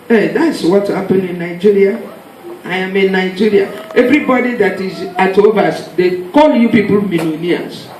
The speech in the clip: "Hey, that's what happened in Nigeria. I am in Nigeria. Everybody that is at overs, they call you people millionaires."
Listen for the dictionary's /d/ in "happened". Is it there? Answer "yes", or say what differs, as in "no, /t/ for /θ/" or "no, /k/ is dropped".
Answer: no, /d/ is dropped